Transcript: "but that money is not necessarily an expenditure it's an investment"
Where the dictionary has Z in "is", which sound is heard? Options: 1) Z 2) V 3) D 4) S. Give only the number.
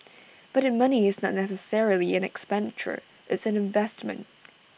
1